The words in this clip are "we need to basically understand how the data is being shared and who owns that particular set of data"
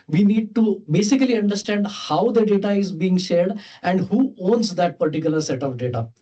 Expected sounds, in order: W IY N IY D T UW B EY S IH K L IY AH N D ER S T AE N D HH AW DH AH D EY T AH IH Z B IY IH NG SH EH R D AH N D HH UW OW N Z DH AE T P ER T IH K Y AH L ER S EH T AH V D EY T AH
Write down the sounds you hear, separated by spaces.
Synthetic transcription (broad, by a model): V IY N IY D T UW B EY S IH K L IY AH N D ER S T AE N D HH AW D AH D EY T AH IH Z B IY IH NG SH EH R D AH N D HH UW OW N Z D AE T P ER T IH K Y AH L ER S EH T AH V D EY T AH